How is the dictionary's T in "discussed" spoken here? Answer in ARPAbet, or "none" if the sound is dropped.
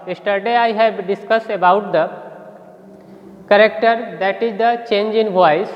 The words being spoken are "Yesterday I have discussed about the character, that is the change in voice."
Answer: none